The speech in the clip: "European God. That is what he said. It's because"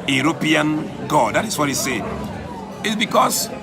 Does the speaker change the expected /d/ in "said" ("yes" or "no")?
yes